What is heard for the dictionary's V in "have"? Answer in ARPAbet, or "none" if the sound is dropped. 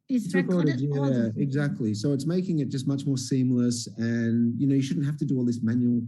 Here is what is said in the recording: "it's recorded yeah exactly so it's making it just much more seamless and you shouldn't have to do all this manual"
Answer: F